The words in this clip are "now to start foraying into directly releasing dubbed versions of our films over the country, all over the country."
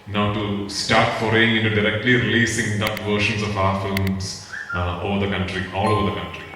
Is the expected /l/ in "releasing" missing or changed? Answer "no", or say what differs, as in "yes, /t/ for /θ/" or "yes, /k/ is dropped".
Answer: no